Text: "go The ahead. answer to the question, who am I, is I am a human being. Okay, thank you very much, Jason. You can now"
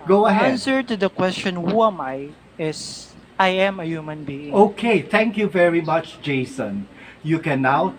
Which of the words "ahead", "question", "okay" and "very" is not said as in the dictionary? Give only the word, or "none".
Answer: ahead